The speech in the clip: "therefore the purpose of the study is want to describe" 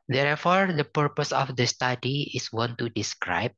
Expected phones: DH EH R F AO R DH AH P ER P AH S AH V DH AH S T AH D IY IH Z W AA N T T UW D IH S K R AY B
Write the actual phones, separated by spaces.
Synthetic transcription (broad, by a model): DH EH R F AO R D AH P ER P AH S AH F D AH S T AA D IY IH S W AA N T T UW D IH S K R AY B